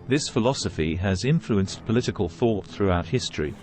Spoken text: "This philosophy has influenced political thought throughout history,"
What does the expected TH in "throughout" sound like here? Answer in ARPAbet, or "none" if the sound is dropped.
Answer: TH